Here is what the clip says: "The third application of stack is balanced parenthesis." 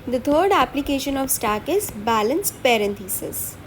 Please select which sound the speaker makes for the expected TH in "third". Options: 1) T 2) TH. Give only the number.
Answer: 1